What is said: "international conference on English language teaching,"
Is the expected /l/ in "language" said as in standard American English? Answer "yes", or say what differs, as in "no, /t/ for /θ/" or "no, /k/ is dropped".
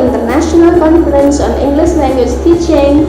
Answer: no, /n/ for /l/